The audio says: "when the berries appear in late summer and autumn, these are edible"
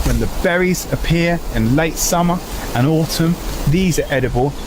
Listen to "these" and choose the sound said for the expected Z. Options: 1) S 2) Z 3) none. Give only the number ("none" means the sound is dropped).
2